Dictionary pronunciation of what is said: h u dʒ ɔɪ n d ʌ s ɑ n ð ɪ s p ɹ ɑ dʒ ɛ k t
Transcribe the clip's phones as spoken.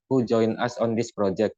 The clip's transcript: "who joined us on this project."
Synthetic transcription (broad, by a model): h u dʒ ɔɪ n ʌ s ɑ n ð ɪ s p ɹ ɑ dʒ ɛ k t